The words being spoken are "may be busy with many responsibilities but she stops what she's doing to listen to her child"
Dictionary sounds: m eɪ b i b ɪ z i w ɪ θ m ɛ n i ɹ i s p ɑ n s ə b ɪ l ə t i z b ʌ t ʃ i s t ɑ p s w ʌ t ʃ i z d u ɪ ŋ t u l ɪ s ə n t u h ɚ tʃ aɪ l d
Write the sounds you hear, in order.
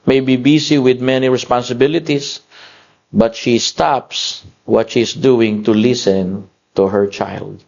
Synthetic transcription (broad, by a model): m eɪ b i b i s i w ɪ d m ɛ n i ɹ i s p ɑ n s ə b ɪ l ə t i s b ʌ t ʃ i s t ɑ p s w ʌ t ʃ i s d u ɪ ŋ t u l ɪ s ə n t u h ɚ tʃ aɪ l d